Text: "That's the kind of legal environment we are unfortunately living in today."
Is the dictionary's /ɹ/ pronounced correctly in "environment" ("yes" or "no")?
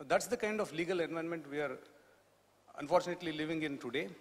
no